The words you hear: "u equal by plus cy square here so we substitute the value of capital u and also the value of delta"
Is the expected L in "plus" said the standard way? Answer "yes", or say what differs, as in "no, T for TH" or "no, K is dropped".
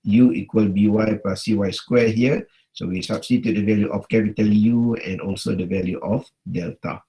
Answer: no, L is dropped